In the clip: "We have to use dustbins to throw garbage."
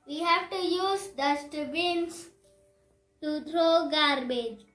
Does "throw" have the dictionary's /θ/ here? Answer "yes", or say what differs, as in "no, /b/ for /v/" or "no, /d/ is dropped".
no, /t/ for /θ/